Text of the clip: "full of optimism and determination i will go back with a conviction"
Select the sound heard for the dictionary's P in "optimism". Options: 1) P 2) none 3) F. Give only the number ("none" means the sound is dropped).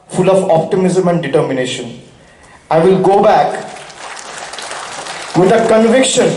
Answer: 1